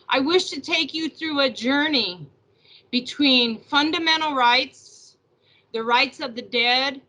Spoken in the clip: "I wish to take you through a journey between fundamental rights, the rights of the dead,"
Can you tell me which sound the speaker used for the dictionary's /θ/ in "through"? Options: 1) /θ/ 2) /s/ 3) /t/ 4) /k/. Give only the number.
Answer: 1